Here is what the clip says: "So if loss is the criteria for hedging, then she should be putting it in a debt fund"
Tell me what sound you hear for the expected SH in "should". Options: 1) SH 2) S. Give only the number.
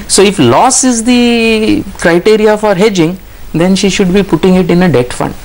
1